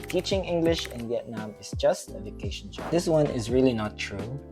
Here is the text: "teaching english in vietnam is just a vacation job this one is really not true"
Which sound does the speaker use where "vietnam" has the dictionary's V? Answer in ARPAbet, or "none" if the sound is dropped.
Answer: V